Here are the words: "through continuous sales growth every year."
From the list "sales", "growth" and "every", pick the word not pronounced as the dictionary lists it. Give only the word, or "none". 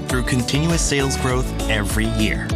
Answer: none